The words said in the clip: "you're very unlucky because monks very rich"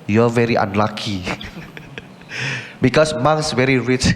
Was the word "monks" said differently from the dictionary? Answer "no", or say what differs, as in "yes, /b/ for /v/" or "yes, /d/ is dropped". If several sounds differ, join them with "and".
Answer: yes, /k/ is dropped